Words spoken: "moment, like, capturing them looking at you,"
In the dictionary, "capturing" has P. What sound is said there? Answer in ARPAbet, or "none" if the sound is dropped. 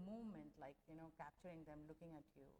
P